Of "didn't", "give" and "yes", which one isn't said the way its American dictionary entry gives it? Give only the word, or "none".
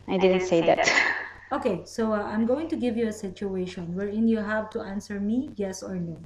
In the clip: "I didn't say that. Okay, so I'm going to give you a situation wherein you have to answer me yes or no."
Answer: none